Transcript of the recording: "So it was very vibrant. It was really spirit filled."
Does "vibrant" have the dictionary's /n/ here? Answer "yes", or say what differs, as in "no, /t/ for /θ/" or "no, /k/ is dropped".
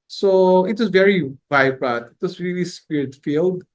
no, /n/ is dropped